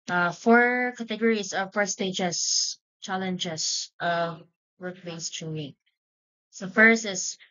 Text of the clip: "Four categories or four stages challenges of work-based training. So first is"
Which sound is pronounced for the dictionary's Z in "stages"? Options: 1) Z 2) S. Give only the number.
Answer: 2